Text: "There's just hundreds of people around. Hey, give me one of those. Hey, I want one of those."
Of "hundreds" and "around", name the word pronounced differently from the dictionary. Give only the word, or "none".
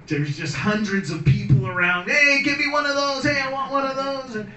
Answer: none